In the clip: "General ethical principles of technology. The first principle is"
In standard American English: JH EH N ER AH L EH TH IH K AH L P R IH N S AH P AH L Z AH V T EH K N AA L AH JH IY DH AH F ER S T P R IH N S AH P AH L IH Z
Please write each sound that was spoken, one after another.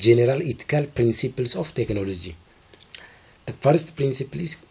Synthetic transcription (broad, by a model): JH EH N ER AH L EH T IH K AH L P R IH N S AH P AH L S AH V T EH K N AA L AH JH IY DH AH F ER S T P R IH N S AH P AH L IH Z